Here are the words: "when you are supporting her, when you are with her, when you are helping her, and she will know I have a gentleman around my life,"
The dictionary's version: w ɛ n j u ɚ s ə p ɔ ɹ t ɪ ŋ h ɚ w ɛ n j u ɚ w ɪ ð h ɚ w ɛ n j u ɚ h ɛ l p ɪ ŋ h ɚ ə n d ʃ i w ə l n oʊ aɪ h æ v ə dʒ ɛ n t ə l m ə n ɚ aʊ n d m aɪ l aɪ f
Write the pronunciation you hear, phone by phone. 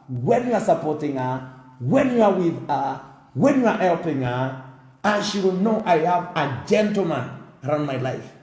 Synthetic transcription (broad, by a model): w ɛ n j u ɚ s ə p ɔ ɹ t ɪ ŋ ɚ w ɛ n j u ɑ w ɪ ð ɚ w ɛ n j u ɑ h ɛ l p ɪ ŋ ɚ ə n ʃ i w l n oʊ aɪ h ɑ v ə dʒ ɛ n t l m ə n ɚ aʊ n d m aɪ l aɪ f